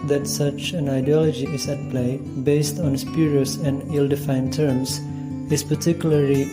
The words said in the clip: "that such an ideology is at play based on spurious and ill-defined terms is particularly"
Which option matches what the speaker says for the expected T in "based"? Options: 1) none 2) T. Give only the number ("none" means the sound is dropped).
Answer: 2